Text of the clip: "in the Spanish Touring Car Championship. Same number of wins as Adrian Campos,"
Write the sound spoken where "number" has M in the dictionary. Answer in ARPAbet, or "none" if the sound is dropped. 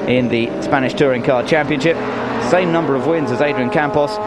M